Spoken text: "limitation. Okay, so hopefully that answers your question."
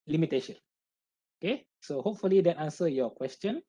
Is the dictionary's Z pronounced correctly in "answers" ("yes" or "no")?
no